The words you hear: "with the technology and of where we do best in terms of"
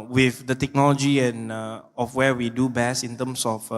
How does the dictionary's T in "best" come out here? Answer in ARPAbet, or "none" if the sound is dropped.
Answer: none